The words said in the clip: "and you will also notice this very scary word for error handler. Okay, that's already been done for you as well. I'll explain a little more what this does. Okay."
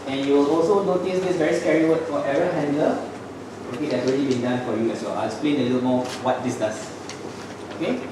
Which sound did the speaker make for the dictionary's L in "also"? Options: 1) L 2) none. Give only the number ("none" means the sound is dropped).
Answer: 1